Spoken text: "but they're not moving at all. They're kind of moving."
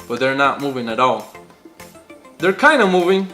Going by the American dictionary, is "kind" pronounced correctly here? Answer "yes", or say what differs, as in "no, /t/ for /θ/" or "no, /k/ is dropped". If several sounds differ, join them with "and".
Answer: yes